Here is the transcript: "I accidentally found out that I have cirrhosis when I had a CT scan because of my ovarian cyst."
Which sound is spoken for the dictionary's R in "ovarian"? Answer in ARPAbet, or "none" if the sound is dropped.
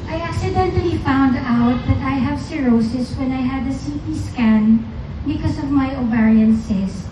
R